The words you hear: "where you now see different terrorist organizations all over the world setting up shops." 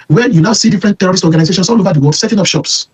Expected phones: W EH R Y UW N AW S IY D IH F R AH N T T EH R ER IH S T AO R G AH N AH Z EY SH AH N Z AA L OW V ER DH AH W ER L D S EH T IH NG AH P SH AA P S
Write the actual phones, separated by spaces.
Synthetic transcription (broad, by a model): W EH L Y UW N AW S IY D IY F R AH N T T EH R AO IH S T AO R G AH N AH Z EY SH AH N S AA L OW V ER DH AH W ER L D S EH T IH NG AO F SH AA P S